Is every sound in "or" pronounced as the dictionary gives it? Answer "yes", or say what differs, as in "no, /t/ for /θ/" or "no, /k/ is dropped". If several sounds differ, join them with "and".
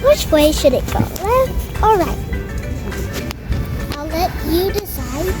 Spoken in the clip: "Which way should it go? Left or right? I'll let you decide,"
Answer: no, /l/ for /ɹ/